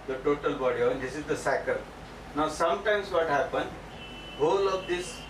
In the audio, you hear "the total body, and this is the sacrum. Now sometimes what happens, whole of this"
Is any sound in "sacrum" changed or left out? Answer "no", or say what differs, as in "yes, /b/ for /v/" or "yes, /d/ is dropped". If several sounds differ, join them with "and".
yes, /ɹ/ is dropped